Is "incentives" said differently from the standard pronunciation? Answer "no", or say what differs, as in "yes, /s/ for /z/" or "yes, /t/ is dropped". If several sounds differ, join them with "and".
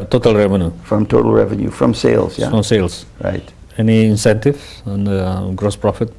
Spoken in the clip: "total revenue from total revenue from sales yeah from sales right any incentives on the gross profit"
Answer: yes, /z/ is dropped